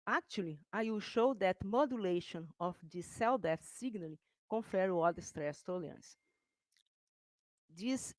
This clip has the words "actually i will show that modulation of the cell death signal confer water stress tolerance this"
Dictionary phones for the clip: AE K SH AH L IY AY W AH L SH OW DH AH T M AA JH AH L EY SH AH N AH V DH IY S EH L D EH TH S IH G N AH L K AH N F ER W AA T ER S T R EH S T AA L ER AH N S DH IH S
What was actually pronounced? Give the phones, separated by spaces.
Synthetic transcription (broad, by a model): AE K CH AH L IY AY W AH L SH OW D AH T M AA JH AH L EY SH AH N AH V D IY S EH L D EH F S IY G N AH L K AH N F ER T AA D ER S T R EH S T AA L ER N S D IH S